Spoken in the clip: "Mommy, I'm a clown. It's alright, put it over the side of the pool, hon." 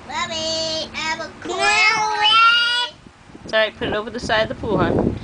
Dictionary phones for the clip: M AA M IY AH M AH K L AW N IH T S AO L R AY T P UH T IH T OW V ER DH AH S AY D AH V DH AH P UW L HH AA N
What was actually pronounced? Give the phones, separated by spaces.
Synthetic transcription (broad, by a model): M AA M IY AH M AH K IH T S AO R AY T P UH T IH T OW V ER DH AH S AY D AH V DH AH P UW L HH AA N